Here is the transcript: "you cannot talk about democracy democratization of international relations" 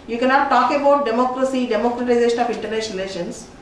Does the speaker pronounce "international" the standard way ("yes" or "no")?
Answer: no